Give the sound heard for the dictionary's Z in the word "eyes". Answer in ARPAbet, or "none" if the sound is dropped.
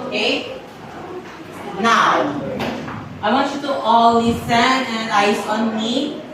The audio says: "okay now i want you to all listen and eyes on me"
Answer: S